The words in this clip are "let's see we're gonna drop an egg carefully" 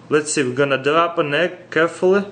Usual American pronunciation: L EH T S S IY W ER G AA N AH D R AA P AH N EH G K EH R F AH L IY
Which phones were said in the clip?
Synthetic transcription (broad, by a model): L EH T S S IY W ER G AA N AH D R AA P AH N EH K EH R F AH L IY